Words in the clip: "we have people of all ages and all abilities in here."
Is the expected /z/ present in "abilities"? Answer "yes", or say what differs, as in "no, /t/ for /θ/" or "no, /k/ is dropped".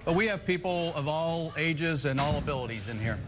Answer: yes